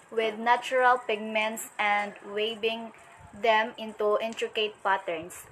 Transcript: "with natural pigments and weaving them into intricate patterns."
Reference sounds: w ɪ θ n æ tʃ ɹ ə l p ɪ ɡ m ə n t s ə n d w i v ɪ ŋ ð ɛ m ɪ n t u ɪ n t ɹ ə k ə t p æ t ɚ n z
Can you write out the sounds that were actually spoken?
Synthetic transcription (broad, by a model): w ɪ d n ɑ tʃ ɹ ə l p ɪ ɡ m ə n t s ə n d w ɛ b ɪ ŋ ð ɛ m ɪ n t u ɪ n t ɹ ə k ə t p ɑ t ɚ n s